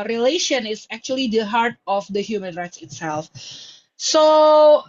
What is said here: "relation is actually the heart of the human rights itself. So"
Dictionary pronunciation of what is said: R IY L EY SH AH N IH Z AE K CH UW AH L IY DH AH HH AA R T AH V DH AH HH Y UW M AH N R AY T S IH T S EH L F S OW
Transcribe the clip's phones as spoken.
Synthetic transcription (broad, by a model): R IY L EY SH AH N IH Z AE K CH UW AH L IY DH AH HH AA R T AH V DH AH HH Y UW M AH N R AY T S IH T S EH L F S OW